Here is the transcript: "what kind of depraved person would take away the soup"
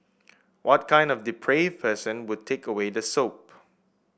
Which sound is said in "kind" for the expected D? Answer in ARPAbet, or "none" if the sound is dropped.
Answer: D